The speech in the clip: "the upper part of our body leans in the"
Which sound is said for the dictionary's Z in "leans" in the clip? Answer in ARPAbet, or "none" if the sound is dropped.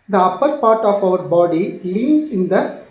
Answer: S